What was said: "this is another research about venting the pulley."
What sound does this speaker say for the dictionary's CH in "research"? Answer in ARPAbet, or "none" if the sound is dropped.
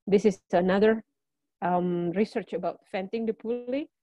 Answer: CH